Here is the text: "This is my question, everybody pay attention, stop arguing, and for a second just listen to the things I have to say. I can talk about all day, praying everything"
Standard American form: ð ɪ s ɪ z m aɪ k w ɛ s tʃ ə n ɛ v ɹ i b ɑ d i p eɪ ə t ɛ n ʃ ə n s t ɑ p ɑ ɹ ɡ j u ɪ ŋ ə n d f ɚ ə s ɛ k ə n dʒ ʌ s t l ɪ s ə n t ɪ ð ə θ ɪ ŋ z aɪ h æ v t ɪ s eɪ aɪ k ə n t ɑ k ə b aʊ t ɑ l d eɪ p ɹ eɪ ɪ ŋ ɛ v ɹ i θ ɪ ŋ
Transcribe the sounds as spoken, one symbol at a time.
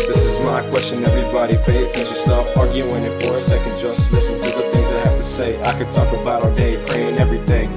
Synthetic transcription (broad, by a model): ð ɪ s ɪ z m aɪ k w ɛ s tʃ ə n ɛ v ɹ i b ɑ d i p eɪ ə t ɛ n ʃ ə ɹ s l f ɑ ɹ ɡ j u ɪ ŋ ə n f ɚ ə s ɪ k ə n dʒ ʌ s t l ɪ s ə n t ɪ ð ə θ ɪ ŋ z aɪ h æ f t ɪ s eɪ aɪ k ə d t ɑ k ə b aʊ t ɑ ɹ d eɪ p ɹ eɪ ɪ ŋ ɛ v ɹ i θ ɪ ŋ